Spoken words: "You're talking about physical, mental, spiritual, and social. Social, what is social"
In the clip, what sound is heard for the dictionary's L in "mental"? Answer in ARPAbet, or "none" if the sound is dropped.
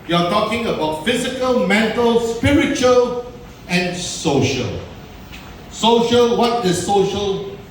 L